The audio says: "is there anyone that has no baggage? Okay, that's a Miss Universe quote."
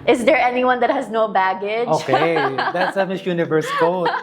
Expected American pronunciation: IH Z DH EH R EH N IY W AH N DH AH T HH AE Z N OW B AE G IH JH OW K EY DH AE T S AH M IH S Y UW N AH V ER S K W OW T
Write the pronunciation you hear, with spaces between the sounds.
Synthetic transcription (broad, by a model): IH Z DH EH R EH N IY W AH N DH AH T HH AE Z N OW B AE G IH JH OW K EY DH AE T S AH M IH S Y UW N AH V ER S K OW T